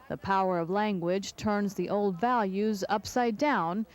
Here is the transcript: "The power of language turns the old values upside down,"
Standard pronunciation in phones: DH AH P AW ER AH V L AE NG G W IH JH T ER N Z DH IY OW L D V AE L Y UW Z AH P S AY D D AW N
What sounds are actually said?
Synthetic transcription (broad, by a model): DH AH P AW ER AH V L AE NG G W IH JH T ER N Z DH IY OW L D V AE L Y UW Z AH P S AY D D AW N